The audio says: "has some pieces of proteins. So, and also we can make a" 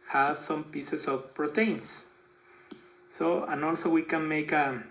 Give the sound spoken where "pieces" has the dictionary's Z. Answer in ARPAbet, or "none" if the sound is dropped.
S